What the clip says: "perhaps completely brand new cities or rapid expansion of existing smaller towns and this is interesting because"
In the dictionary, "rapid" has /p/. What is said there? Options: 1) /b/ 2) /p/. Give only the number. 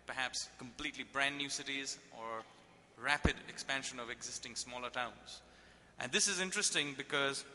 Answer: 2